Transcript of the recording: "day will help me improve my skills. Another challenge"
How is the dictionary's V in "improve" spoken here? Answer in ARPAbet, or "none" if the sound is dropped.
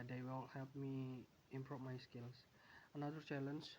P